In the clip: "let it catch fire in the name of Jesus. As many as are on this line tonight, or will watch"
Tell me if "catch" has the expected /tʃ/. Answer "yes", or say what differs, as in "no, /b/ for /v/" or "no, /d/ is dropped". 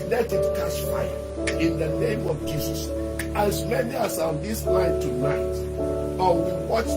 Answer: no, /s/ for /tʃ/